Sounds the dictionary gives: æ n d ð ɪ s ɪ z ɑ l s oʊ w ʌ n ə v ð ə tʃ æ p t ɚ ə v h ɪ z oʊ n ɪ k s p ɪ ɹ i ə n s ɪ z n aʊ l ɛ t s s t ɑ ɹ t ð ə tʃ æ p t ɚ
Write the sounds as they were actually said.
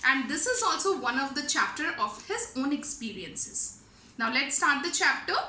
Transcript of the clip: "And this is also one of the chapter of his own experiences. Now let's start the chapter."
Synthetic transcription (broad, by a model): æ n d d ɪ s ɪ z ɑ l s oʊ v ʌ n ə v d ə tʃ æ p t ɚ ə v h ɪ z oʊ n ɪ k s p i ɹ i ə n s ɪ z n aʊ l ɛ t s s t ɑ ɹ t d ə tʃ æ p t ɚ